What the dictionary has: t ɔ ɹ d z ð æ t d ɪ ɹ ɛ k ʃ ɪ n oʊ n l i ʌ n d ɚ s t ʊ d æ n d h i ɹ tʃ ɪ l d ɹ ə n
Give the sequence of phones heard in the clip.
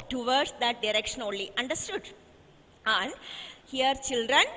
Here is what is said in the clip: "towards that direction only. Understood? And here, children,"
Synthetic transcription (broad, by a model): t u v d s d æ t d ɪ ɹ ɛ k ʃ ɪ n oʊ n l i ʌ n d ɚ s t ʊ d æ n d h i ɹ tʃ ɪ l d ɹ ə n